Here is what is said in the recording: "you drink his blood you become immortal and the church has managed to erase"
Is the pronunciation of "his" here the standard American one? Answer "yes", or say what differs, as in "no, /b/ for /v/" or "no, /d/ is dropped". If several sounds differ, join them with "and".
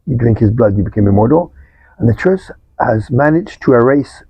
yes